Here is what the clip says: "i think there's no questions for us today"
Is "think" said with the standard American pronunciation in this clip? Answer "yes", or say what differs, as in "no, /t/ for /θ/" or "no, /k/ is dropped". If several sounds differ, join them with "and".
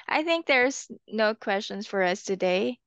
yes